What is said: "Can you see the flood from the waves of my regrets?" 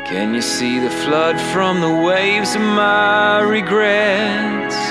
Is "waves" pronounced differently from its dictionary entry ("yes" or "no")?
no